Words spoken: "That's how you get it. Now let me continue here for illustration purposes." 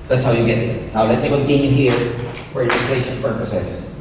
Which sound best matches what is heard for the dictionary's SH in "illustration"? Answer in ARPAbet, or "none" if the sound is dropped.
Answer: S